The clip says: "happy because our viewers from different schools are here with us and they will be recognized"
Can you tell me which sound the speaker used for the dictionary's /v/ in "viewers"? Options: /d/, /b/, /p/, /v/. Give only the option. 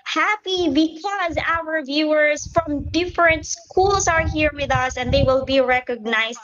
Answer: /v/